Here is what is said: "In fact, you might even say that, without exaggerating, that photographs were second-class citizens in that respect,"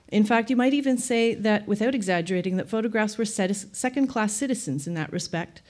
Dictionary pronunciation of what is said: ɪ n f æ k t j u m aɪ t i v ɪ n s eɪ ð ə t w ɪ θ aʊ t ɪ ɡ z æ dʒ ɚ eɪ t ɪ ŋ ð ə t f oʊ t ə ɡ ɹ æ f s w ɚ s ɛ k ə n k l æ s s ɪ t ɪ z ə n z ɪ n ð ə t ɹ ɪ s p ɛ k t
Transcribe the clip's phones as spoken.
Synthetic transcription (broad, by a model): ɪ n f æ k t j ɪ m aɪ t i v ɪ n s eɪ ð ə t w ɪ θ aʊ t ɪ ɡ z æ dʒ ɚ eɪ t ɪ ŋ ð ə t f oʊ t ə ɡ ɹ æ f s w ɚ s ɛ k ə n k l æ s s ɪ t ɪ z ə n z ɪ n ð ə t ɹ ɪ s p ɛ k t